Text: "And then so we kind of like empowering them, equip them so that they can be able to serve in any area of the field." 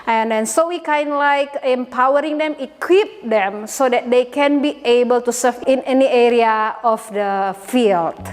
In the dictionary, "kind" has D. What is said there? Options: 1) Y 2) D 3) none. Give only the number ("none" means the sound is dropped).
2